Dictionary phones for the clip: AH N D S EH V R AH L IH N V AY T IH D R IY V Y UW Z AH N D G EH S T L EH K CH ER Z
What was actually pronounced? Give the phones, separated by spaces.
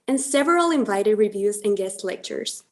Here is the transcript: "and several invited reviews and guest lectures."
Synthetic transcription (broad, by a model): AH N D S EH V R AH L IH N V AY T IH D R IY V Y UW Z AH N G EH S T L EH K CH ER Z